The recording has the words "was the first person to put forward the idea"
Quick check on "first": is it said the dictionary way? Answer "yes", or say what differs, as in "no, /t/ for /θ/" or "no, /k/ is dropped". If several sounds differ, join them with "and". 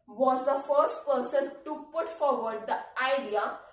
yes